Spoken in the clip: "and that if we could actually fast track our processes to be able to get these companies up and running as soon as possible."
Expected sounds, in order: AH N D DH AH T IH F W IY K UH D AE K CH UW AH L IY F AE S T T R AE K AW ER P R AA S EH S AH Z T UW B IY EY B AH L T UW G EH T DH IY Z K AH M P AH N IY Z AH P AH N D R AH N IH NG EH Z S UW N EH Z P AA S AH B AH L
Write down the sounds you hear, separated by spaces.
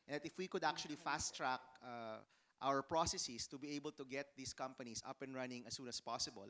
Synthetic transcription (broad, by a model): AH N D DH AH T IH F W IY K UH D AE K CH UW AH L IY F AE S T T R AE K AW ER P R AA S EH S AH S T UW B IY EY B AH L T UW G EH T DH IY S K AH M P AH N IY S AH P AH N R AH N IH NG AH S UW N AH S P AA S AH B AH L